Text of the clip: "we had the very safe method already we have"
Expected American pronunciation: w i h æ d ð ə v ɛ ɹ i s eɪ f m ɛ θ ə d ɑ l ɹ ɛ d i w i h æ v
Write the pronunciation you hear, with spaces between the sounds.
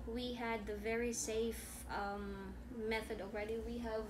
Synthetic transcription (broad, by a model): w i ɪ d ð ə v ɛ ɹ i s eɪ f m ɛ θ ə d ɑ l ɹ ɛ d i w i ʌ v